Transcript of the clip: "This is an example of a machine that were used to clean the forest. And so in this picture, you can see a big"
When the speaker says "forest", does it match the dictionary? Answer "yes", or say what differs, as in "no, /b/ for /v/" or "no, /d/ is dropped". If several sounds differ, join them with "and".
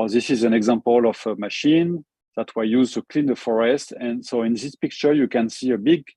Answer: yes